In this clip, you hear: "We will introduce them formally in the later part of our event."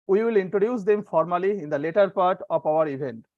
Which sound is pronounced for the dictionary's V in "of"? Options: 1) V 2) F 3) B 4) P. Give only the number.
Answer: 4